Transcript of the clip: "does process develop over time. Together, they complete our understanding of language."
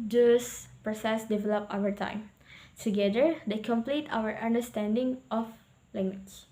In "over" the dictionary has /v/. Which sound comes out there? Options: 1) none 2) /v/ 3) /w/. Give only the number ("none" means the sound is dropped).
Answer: 3